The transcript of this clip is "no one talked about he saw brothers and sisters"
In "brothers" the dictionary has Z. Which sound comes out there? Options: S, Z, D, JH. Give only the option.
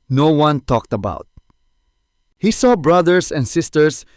S